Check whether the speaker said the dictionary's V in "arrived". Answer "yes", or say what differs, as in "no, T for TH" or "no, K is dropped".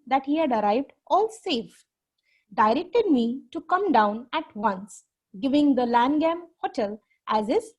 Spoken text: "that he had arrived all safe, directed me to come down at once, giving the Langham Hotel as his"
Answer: yes